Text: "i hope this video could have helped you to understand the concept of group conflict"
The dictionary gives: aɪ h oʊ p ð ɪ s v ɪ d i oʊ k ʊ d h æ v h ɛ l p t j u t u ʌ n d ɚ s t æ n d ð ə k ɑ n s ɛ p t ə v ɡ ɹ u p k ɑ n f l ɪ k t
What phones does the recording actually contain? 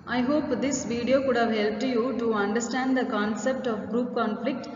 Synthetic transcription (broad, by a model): aɪ h oʊ p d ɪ s v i d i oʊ k ʊ d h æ v h ɛ l p t j u t u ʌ n d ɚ s t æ n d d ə k ɑ n s ɛ p t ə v ɡ ɹ u p k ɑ n f l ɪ k t